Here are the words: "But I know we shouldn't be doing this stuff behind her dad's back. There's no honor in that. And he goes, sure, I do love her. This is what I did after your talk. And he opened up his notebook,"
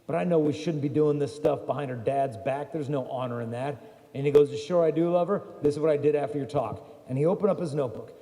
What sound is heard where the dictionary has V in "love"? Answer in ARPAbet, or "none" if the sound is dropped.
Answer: V